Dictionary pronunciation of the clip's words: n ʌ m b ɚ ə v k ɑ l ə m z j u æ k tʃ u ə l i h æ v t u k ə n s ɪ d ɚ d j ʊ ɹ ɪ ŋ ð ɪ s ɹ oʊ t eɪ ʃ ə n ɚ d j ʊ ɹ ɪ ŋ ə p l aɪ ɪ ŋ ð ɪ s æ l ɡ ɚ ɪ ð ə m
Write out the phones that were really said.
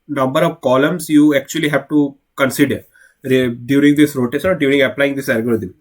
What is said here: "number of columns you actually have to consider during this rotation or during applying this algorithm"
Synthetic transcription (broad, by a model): n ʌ m b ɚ ə v k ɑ l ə m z j u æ k tʃ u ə l i h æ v t u k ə n s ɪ d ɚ d j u ɹ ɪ ŋ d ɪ s ɹ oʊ t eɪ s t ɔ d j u ɹ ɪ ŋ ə p l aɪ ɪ ŋ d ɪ s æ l ɡ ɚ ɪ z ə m